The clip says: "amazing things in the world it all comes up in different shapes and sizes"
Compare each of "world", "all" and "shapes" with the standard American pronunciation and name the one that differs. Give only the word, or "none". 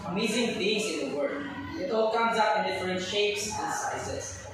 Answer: world